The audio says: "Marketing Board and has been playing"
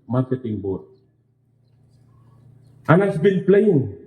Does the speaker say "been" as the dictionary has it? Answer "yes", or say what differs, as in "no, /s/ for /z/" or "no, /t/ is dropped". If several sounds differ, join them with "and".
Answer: no, /l/ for /n/